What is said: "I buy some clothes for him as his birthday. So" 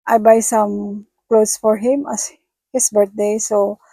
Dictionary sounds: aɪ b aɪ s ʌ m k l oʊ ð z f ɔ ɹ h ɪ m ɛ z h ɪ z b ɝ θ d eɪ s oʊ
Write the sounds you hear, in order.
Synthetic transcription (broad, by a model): aɪ b aɪ s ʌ m k l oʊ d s f ɔ ɹ h ɪ m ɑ s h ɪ s b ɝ t d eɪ s oʊ